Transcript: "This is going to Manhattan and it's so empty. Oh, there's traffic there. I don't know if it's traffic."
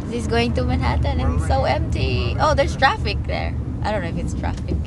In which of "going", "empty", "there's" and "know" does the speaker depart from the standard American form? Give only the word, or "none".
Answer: there's